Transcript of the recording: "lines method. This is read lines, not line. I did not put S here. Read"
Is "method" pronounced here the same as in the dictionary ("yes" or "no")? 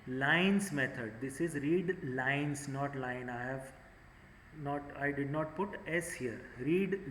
no